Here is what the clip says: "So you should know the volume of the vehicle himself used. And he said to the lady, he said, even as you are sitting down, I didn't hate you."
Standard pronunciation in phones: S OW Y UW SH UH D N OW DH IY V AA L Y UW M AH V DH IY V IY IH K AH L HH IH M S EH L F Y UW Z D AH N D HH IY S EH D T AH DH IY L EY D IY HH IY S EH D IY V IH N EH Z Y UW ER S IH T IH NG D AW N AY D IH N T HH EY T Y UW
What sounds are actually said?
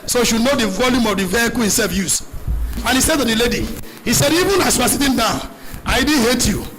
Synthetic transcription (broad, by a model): S OW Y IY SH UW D N OW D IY V AA L Y UW M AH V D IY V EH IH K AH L HH IH M S EH L F Y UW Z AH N HH IY S EH D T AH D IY L EY D IY HH IY S EH D IY V IH N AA S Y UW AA S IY T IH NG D AW AY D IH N HH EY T Y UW